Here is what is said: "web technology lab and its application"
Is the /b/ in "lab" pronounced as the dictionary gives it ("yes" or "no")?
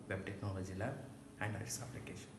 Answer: no